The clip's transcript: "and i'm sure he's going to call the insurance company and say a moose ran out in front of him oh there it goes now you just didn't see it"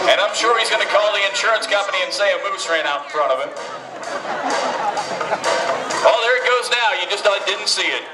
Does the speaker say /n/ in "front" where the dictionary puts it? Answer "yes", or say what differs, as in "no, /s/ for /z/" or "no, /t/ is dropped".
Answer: no, /n/ is dropped